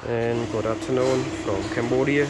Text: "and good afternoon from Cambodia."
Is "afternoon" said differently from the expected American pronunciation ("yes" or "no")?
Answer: yes